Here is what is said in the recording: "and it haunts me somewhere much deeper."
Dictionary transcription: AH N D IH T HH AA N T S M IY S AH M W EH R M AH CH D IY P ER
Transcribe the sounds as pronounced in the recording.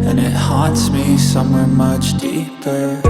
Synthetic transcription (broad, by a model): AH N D IH T HH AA T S M IY S AH M W EH R M AH CH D IY P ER